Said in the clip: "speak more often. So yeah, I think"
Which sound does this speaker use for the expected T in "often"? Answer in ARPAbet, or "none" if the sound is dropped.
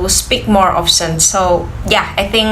S